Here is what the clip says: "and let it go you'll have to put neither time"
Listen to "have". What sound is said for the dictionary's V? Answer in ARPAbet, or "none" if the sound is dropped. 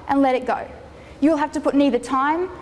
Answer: F